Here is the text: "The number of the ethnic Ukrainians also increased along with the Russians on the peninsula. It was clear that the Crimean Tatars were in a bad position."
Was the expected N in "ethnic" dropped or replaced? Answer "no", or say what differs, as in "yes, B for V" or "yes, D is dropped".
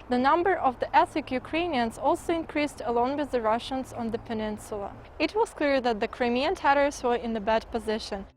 yes, N is dropped